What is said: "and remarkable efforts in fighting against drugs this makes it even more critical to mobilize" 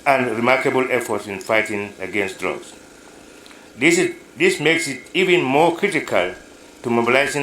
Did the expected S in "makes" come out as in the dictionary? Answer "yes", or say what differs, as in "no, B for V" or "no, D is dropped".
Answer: yes